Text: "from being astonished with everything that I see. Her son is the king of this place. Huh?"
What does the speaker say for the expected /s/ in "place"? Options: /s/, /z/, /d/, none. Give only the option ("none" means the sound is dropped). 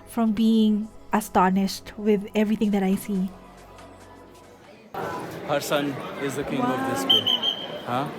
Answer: none